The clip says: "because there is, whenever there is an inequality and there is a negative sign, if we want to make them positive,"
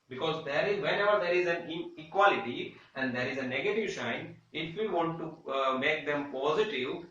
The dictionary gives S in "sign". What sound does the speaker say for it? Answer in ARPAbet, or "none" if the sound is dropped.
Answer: SH